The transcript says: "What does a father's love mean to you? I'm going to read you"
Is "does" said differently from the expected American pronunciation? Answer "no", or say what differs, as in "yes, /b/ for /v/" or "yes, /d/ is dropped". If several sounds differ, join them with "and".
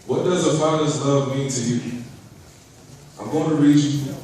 no